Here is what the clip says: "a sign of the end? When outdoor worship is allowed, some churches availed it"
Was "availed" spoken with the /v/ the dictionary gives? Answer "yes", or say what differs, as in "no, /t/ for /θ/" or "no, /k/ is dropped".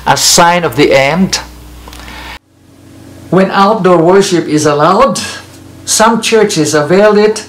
yes